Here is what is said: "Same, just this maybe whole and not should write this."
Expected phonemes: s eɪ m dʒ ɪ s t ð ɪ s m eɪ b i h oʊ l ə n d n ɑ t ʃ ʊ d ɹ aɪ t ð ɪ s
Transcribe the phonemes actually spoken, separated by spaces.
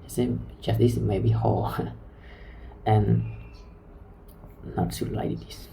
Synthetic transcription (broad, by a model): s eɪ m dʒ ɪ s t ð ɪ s m eɪ b i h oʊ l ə n n ɑ t s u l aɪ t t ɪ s